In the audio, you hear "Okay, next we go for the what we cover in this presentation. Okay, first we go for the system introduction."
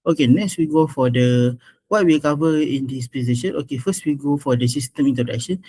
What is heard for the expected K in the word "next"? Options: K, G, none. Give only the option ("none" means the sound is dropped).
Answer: K